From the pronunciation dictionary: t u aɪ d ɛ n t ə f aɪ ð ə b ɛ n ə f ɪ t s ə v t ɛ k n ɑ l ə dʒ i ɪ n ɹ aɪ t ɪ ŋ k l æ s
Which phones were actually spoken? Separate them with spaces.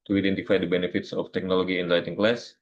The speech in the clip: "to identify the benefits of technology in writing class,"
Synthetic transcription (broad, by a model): t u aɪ d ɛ n t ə f aɪ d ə b ɛ n ə f ɪ t s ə f t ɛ k n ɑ l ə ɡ i ɪ n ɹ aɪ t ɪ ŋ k l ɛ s